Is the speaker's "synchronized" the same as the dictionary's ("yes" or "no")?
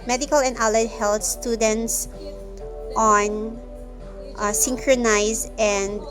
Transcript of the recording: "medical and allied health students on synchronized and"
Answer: no